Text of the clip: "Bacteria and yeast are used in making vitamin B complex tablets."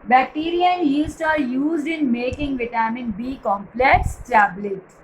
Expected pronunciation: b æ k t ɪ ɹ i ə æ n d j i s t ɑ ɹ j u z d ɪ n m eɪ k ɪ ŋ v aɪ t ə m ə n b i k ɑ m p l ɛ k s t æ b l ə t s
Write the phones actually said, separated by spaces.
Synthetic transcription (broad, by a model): b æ k t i ɹ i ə n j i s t ɑ ɹ j u z d ɪ n m eɪ k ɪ ŋ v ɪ t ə m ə n b i k ɑ m p l ɛ k s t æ b l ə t